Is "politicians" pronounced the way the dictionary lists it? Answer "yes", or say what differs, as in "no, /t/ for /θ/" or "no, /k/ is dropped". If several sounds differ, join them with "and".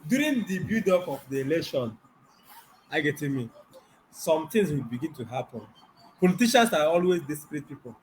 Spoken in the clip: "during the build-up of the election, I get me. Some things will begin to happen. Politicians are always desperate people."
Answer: no, /s/ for /z/